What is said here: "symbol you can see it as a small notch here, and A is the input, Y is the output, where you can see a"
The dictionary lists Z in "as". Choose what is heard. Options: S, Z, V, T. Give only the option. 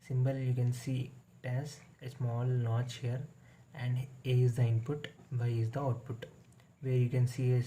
S